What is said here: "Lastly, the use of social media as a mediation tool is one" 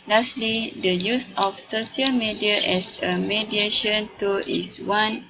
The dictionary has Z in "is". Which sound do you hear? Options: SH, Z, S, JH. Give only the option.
S